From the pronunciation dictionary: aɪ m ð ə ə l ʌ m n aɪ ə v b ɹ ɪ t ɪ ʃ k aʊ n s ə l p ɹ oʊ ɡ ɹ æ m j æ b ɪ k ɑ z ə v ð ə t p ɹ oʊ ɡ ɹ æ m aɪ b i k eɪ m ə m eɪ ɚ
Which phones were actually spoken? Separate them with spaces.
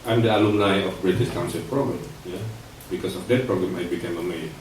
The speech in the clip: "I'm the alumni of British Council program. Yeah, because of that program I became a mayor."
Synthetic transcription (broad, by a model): aɪ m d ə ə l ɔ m l aɪ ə f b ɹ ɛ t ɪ s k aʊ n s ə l p ɹ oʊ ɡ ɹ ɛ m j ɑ b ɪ k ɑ s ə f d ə t p ɹ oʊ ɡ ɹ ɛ m aɪ b i k eɪ m ə m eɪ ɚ